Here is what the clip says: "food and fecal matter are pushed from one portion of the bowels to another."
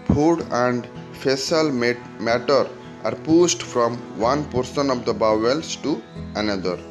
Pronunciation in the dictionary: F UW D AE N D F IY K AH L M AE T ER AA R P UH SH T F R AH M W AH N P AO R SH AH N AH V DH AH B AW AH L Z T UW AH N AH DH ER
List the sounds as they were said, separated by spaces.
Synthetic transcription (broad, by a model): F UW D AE N D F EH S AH L M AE T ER AA R P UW S T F R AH M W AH N P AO R S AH N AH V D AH B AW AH L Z T UW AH N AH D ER